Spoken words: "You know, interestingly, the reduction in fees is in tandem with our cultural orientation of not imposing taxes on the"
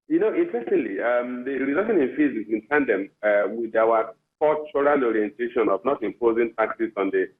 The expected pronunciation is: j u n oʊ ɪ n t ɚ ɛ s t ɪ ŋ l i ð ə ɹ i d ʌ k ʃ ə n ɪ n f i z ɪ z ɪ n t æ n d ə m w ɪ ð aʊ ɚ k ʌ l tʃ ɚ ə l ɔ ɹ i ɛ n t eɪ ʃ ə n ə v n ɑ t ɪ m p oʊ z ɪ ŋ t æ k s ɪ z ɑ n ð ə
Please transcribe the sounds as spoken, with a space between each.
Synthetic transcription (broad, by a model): j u n oʊ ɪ n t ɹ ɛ s t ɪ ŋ l i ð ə ɹ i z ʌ ʃ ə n ɪ n f i z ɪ s ɪ n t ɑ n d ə m w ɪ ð aʊ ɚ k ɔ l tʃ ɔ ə l ɔ ɹ i ɛ n t eɪ ʃ ə n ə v n ɑ t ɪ m p oʊ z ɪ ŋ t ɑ k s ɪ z ɑ n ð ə